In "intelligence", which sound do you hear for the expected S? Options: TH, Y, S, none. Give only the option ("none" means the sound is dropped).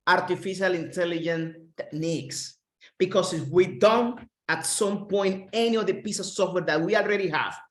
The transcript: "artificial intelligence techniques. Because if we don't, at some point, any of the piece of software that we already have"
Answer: none